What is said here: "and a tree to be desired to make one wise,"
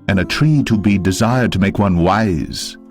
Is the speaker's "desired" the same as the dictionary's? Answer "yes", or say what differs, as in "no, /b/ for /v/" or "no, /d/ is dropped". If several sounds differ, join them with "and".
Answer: yes